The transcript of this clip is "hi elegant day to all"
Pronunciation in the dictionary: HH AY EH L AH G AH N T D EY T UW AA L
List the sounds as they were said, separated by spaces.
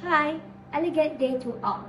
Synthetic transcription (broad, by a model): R AY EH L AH G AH T D EY T UW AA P